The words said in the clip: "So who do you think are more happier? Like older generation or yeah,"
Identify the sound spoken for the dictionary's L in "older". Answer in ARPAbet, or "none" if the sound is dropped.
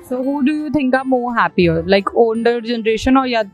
N